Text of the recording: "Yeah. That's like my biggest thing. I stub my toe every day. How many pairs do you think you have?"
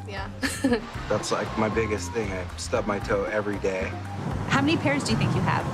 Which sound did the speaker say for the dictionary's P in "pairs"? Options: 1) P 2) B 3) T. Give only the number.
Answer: 1